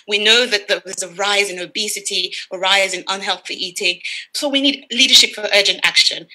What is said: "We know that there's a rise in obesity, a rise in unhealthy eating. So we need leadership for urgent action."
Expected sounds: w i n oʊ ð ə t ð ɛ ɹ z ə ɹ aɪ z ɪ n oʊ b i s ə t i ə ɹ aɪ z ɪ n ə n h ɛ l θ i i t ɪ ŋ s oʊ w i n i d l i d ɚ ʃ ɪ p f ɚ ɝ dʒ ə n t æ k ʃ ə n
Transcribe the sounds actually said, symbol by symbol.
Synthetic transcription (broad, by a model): w i n oʊ ð ə t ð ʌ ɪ z ə ɹ aɪ z ɪ n oʊ b i s ə t i ə ɹ aɪ z ɪ n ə n h ɛ l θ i i t ɪ ŋ s oʊ w i n i d l i d ɚ ʃ ɪ p f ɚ ɝ dʒ ə n t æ k ʃ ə n